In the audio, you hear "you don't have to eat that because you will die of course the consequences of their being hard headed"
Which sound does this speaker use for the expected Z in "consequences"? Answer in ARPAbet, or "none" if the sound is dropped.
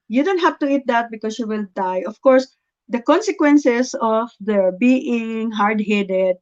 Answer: S